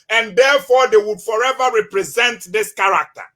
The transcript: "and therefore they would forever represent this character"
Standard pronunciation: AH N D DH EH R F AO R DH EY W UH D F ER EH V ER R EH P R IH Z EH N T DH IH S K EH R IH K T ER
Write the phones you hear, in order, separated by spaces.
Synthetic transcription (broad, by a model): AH N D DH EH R F AO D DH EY W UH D F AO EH V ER R EH P R IH Z EH N T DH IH S K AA R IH K T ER